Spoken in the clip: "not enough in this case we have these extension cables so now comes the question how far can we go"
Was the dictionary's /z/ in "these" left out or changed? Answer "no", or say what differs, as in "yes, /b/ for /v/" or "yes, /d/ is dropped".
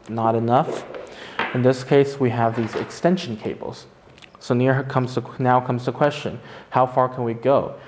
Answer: no